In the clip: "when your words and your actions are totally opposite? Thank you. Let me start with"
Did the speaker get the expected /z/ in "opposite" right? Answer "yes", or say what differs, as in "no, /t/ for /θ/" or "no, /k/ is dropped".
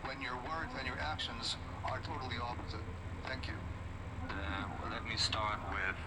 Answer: yes